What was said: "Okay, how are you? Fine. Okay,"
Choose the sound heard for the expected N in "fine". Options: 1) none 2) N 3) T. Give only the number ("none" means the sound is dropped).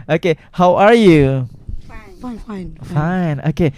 2